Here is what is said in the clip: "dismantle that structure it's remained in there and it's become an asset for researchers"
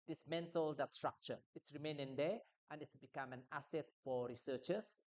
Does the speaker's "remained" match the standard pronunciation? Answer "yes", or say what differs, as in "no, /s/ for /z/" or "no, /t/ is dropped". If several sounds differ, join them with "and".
no, /d/ is dropped